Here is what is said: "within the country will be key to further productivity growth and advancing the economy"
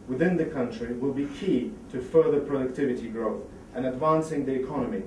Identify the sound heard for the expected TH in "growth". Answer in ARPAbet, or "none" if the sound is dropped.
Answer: TH